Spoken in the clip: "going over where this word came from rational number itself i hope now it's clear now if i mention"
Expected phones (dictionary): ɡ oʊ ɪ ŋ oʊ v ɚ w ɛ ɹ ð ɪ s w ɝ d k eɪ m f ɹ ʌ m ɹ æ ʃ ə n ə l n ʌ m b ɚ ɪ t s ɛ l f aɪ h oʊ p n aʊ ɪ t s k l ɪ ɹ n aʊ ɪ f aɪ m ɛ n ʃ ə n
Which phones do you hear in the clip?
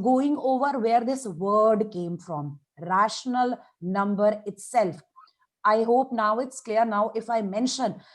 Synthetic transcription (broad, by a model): ɡ oʊ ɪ ŋ oʊ v ɚ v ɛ ɹ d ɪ s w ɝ d k eɪ m f ɹ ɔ m ɹ æ ʃ ə n ə l n ʌ m b ɚ ɪ t s ɛ l f aɪ h oʊ p n aʊ ɪ t s k l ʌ ɹ n aʊ ɪ f aɪ m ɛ n ʃ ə n